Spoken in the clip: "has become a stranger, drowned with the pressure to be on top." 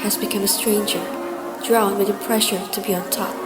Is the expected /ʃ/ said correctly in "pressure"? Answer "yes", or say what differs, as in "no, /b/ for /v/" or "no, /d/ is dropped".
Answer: yes